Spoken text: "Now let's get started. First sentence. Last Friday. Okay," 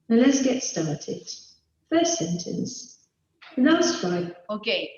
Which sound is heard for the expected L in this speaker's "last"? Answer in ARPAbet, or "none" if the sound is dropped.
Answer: N